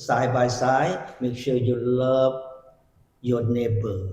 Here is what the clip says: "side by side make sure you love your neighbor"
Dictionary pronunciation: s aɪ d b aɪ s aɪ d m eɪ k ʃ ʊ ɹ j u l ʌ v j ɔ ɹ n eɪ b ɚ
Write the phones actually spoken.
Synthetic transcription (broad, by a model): s aɪ b aɪ s aɪ m eɪ k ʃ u j u l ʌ p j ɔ n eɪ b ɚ